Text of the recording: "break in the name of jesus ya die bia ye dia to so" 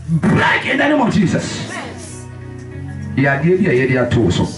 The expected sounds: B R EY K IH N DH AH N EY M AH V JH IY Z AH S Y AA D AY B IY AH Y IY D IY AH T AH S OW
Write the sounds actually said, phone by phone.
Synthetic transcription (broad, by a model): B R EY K IH N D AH N EY M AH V JH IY S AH S Y AA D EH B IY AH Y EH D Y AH T AH S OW